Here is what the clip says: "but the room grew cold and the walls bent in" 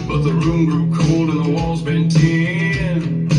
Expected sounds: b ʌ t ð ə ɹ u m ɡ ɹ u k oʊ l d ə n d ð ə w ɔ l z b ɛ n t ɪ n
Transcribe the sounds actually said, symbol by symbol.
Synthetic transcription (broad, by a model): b ʌ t ð ə ɹ u m ɡ ɹ u k oʊ l d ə n ð ə w ɔ l z b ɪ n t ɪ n